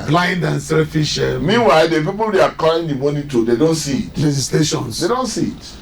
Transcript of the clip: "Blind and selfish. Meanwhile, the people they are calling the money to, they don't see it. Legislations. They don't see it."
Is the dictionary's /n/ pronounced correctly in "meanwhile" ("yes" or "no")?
yes